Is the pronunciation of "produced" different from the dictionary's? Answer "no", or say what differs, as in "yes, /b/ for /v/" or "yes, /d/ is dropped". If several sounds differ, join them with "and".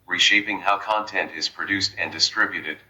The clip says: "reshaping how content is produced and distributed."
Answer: no